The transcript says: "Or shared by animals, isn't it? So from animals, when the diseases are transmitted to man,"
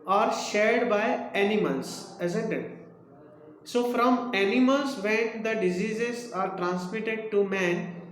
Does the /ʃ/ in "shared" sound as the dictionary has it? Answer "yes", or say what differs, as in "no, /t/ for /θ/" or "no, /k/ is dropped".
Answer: yes